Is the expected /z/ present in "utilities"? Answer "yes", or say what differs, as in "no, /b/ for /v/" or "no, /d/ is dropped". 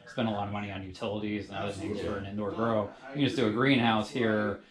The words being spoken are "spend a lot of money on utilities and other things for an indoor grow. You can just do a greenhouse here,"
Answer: yes